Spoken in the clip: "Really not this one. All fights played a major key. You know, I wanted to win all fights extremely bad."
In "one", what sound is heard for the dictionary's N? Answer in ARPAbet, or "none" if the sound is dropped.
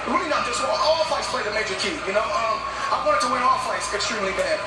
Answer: none